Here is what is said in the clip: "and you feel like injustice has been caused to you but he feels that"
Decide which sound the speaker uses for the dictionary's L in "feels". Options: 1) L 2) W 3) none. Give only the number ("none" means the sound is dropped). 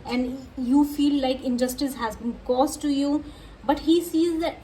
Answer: 3